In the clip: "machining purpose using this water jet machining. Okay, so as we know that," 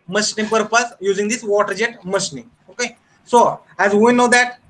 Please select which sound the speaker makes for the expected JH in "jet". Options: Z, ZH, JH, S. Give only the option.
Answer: JH